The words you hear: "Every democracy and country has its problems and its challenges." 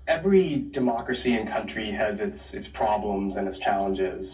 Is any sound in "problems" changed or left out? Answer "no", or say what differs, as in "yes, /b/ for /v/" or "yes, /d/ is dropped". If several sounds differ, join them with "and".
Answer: no